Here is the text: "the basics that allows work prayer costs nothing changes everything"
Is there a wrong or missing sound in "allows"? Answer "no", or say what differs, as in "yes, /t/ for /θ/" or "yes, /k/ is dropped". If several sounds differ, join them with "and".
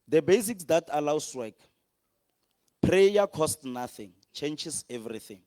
yes, /s/ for /z/